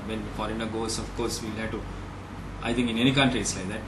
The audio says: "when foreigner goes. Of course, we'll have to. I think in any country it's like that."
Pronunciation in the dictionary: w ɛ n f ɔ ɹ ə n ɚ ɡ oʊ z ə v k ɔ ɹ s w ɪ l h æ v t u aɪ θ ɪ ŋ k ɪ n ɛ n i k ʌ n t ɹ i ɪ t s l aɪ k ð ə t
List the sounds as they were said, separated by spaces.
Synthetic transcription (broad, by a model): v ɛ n f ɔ ɹ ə n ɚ ɡ oʊ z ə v k ɔ ɹ s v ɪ l h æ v t u aɪ t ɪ ŋ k ɪ n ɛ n i k ʌ n t ɹ i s l aɪ k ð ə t